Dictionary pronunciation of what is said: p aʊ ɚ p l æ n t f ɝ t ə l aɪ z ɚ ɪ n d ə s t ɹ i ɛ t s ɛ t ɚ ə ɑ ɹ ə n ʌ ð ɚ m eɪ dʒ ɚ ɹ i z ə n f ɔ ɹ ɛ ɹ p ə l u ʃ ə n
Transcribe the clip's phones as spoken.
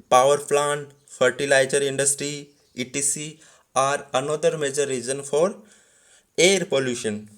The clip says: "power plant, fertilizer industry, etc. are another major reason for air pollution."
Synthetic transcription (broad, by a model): p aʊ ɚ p l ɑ n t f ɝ t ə l aɪ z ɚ ɪ n d ə s t ɹ i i t i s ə ɑ ɹ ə n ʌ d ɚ m eɪ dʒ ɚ ɹ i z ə n f ɔ ɹ ɛ ɹ p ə l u ʃ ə n